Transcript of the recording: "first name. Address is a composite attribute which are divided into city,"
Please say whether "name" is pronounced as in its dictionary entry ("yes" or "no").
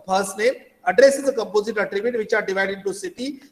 no